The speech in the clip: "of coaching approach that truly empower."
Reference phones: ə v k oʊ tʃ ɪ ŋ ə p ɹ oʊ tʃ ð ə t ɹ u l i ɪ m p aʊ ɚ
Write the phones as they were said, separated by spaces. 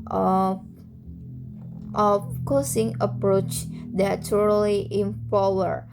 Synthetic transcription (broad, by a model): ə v k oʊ s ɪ ŋ ə p ɹ oʊ tʃ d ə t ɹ l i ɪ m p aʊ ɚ